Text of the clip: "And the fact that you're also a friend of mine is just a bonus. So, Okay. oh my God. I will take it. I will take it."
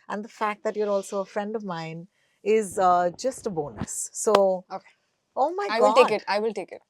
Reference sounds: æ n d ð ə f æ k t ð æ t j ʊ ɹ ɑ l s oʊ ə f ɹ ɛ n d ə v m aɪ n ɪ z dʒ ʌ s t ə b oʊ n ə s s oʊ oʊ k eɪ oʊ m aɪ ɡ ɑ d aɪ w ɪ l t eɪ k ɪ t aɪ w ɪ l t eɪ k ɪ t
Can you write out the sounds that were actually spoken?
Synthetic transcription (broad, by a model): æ n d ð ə f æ k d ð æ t j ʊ ɹ ɑ l s oʊ ə f ɹ ɛ n d ə v m aɪ n ɪ z dʒ ʌ s t ə b oʊ n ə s s oʊ oʊ k eɪ oʊ m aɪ ɑ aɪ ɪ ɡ t eɪ k ɪ t aɪ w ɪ l t eɪ k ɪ t